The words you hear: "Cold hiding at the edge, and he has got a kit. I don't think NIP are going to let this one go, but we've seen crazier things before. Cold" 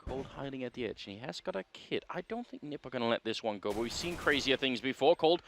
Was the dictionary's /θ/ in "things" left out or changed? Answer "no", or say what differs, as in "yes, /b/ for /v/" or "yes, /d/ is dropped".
no